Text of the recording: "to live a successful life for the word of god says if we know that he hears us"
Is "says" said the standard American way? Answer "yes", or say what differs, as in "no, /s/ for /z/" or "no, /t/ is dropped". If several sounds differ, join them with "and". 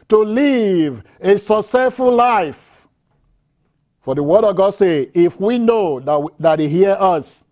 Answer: no, /z/ is dropped